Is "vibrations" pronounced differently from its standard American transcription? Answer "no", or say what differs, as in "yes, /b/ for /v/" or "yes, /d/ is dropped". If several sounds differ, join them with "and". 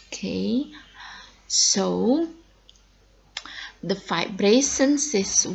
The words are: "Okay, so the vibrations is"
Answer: yes, /f/ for /v/ and /s/ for /z/